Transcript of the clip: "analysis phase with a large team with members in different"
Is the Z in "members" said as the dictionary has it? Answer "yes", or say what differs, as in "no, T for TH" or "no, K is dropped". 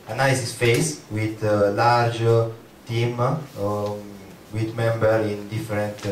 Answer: no, Z is dropped